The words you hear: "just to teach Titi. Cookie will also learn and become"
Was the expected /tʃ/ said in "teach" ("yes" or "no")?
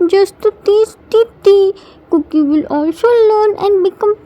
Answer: no